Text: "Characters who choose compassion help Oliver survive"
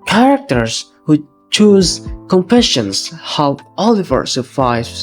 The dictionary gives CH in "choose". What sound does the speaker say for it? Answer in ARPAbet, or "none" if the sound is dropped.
CH